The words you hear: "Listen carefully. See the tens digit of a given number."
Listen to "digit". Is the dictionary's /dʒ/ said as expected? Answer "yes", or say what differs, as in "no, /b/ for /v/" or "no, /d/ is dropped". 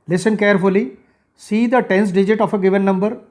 yes